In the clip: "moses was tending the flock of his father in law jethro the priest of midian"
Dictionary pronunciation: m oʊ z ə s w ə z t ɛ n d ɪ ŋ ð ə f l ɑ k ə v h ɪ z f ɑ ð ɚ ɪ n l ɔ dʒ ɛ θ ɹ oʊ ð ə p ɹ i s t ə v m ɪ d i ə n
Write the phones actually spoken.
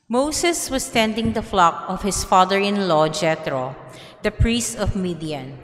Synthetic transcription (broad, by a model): m oʊ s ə s w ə s t ɛ n d ɪ ŋ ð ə f l ɑ k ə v h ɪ s f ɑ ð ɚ ɪ n l ɔ dʒ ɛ t ɹ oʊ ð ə p ɹ i s t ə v m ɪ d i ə n